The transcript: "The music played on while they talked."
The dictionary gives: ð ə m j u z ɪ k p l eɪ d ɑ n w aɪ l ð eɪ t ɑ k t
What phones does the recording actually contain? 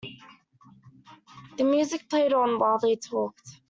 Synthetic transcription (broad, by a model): ð ə m j u z ɪ k p l eɪ d n w aɪ l ð eɪ t ɑ k t